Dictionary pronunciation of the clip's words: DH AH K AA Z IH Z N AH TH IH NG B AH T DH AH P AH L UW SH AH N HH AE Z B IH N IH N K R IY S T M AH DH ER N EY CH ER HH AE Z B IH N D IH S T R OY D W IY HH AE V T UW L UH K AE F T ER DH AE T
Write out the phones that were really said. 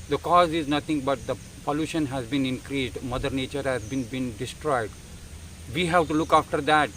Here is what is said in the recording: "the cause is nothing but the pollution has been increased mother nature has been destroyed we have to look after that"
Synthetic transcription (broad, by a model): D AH K AA Z IH Z N AH T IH NG B AH T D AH P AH L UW SH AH N HH AE Z B IH N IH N K R IY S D M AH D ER N EY CH ER HH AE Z B IH N D IH S T R OY D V IY HH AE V T UW L UH K AE F T ER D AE T